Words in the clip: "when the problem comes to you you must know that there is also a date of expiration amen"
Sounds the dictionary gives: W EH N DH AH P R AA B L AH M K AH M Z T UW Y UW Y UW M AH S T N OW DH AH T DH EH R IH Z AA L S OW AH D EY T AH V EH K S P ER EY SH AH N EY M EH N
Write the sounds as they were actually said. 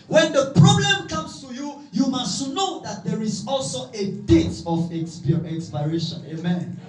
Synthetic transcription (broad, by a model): W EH N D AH P R AA B L AH M K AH M S T UW Y UW Y UW M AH S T N OW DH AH T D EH R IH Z AA L S OW AH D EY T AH P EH K S P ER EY SH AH N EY M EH N